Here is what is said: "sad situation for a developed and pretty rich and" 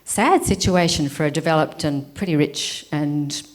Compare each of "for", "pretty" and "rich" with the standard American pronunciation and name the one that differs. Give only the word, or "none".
none